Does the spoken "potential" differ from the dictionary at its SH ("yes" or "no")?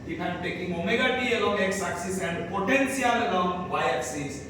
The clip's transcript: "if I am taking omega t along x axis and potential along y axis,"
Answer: yes